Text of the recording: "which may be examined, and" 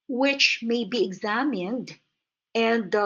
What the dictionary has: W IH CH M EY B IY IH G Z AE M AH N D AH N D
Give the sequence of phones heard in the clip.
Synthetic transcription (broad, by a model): W IH CH M EY B IY IH G Z AE M AH N D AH N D